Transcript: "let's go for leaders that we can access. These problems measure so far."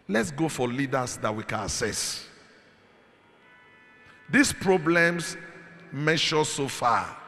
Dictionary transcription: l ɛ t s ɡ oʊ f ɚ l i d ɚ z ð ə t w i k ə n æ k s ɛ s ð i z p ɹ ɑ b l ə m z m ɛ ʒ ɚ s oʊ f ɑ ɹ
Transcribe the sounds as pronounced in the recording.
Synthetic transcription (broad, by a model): l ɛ t s ɡ oʊ f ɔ l i d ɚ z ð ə t w i k ə n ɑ s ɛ s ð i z p ɹ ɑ b l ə m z m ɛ ʃ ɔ s oʊ f ɑ